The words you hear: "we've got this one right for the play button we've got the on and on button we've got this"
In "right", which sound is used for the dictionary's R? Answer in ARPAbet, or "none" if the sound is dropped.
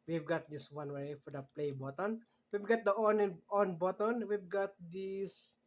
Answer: W